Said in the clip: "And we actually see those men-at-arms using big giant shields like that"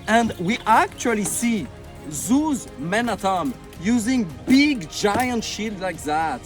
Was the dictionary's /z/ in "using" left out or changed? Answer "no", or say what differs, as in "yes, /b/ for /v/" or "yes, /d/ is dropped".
no